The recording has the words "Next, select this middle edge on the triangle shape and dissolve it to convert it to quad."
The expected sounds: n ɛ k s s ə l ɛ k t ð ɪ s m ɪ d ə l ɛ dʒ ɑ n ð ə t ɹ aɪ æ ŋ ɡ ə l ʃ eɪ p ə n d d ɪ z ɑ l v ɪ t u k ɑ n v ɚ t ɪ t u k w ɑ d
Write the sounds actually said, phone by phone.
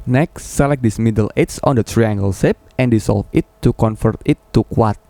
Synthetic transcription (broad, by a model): n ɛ k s s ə l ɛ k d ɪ s m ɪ d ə l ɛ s ɑ n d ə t ɹ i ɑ ŋ ɡ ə l s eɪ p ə n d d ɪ s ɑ l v ɪ t u k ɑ n f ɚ t ɪ t u k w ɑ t